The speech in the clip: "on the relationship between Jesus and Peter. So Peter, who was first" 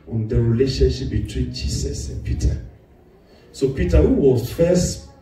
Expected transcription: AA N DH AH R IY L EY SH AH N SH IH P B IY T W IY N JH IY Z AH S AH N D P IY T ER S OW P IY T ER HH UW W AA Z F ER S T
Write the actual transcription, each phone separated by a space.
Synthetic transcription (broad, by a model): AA N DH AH R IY L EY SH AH N SH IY P B IY T W IY N JH IY S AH S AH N P IY T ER S OW P IY T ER HH UW W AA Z F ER S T